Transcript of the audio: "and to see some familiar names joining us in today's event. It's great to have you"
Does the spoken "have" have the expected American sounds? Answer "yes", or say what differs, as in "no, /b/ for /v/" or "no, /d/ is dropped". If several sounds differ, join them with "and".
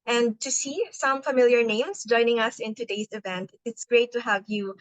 yes